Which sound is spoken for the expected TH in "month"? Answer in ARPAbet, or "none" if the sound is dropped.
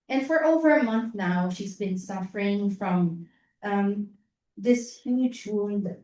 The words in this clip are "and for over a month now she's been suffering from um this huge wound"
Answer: TH